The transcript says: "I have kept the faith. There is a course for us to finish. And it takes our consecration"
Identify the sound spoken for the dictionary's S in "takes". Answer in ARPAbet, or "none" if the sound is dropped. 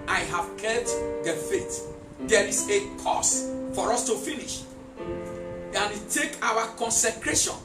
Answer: none